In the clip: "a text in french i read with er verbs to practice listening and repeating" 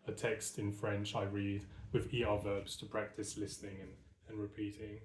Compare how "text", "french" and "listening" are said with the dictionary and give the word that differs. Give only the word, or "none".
none